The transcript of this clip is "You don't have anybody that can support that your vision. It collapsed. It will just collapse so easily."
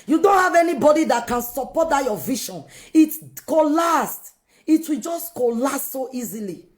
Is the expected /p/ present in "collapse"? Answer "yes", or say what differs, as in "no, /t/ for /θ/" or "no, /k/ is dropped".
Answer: no, /p/ is dropped